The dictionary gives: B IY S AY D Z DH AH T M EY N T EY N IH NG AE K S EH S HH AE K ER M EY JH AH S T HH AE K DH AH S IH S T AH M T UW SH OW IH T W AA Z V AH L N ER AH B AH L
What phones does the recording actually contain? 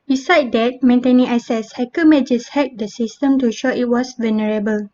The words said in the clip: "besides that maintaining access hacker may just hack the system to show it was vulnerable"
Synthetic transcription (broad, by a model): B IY S AY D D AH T M EY N T EY N IH NG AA S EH S HH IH K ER M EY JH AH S HH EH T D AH S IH S T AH M T UW SH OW IH T W AA S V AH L N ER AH B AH L